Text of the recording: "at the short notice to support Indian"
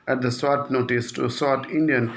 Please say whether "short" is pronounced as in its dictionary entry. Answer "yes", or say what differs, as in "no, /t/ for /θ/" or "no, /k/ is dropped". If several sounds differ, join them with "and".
no, /s/ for /ʃ/